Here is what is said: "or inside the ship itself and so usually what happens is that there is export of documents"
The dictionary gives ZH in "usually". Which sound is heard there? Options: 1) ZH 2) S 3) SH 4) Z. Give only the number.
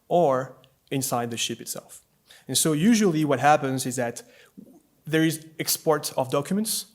1